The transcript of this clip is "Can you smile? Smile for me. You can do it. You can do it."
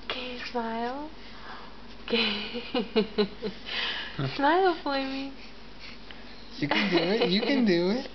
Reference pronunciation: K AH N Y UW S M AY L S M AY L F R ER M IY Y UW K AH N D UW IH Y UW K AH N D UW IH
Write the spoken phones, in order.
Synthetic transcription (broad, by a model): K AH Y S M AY L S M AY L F L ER M IY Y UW K AH N D UW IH Y UW K AH N D UW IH